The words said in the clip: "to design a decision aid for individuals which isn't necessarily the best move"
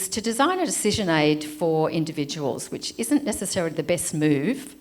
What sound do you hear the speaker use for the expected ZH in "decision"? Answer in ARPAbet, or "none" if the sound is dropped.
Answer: ZH